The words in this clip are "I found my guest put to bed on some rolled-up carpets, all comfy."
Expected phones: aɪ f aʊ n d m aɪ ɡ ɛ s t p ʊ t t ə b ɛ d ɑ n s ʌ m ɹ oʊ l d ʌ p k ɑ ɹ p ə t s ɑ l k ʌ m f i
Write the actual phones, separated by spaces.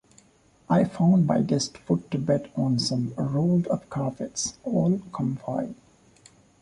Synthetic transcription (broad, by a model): aɪ f aʊ n d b aɪ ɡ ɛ s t f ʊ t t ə b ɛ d ɑ n s ʌ m ɹ oʊ l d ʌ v k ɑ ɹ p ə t s ɑ l k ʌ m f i